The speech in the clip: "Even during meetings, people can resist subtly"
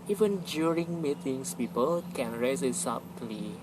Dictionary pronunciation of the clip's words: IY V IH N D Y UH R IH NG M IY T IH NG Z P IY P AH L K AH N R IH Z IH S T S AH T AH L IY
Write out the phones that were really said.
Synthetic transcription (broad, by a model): IY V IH N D Y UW R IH NG M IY T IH NG S P IY P AH L K AH N R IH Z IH T S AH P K L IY